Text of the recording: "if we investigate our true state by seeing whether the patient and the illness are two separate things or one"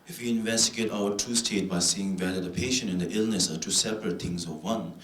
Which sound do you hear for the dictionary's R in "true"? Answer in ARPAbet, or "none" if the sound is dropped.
none